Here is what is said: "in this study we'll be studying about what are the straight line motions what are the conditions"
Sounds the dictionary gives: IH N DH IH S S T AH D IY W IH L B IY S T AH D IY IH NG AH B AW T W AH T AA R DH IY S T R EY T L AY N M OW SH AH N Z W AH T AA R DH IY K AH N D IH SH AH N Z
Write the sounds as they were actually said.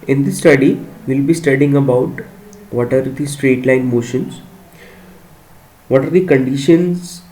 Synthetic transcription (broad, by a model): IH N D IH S S T AH D IY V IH L B IY S T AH D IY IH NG AH B AW T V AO T AA R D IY S T R EY T L AY N M OW SH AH N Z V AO T AA R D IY K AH N D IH SH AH N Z